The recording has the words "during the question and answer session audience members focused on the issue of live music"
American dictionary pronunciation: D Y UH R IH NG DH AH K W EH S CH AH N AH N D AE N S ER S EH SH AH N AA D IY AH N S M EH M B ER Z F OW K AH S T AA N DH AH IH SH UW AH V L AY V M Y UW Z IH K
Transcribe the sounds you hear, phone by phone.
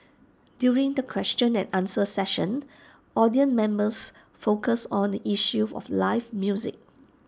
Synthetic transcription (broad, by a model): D Y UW R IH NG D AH K W EH S CH AH N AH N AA N S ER S EH SH AH N AA D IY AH N M EH M B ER S F OW K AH S AA N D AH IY SH UW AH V L AY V M Y UW Z IH K